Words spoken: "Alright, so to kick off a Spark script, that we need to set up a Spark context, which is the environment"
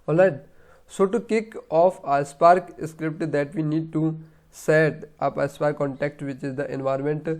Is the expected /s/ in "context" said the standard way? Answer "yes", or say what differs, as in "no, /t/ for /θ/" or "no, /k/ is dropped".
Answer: no, /s/ is dropped